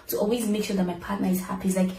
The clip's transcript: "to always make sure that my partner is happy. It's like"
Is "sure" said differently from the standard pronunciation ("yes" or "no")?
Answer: no